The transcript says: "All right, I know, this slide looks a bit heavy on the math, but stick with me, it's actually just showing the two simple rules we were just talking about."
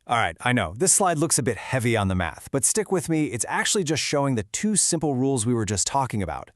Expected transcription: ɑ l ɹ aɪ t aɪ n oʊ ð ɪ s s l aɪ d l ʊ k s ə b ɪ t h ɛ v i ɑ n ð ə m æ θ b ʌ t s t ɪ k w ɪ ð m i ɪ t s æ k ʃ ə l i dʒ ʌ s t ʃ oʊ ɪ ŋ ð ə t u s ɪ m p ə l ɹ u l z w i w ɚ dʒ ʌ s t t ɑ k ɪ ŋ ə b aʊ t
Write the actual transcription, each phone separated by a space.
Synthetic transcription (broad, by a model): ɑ l ɹ aɪ t aɪ n oʊ ð ɪ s s l aɪ d l ʊ k s ə b ɪ t h ɛ v i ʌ n ð ə m æ θ b ʌ t s t ɪ k w ɪ ð m i ɪ t s æ k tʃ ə l i dʒ ʌ s t ʃ oʊ ɪ ŋ ð ə t u s ɪ m p l ɹ u l z w i w ɚ dʒ ʌ s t t ɑ k ɪ ŋ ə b aʊ t